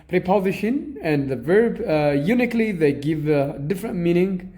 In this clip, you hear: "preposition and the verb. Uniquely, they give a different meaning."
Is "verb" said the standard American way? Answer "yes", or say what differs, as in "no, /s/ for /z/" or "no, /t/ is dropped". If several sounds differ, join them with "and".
yes